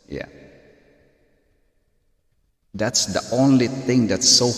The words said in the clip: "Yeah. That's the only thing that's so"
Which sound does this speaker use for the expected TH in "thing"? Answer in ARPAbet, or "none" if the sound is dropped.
TH